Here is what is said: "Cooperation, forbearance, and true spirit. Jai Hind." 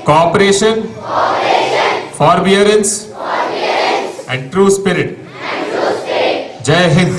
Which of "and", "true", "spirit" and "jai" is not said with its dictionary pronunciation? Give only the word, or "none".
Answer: none